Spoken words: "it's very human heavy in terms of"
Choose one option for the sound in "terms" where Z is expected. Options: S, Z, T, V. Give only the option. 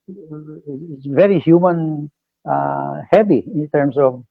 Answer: S